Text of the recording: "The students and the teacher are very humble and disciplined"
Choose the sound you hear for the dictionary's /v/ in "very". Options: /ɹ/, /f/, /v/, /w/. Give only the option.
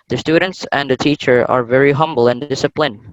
/v/